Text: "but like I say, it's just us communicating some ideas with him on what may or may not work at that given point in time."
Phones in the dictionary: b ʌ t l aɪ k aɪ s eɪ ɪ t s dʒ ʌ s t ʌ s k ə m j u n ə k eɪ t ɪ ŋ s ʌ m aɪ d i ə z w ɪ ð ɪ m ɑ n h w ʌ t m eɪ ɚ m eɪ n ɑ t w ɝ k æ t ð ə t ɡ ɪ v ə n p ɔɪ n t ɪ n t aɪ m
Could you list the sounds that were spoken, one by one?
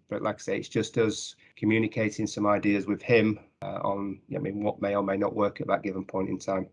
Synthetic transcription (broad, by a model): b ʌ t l aɪ k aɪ s eɪ ɪ t s dʒ ʌ s t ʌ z k ə m j u n ə k eɪ t ɪ ŋ s ʌ m aɪ d i ə z w ɪ ð ɪ m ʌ n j w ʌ t m eɪ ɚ m eɪ n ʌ t w ɝ k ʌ t ð ə t ɡ ɪ v ə n p ɔɪ n t ɪ n t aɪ m